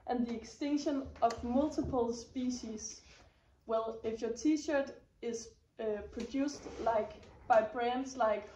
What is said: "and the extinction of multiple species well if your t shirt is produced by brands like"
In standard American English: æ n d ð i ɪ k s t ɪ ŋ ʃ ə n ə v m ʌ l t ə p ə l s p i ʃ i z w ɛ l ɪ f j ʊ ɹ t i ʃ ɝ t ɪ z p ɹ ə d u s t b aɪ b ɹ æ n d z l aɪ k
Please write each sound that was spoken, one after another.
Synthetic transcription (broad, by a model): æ n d ð i ɪ k s t ɪ ŋ ʃ ə n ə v m ʌ l t ə p ə l s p i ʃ i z w ɛ l ɪ f j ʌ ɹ t i ʃ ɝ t ɪ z p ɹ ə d u s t b aɪ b ɹ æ n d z l aɪ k